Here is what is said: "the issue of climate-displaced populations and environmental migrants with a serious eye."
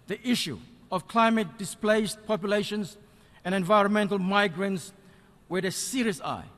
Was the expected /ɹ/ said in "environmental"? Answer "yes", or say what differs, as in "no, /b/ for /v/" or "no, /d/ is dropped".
yes